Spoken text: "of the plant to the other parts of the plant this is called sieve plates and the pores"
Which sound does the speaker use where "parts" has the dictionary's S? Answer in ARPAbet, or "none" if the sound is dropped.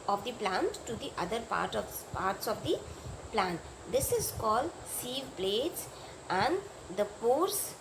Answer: S